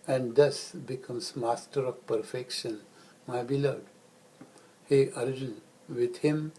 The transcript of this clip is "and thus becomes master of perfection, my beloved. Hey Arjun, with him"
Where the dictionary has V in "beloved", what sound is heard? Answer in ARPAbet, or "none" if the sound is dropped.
none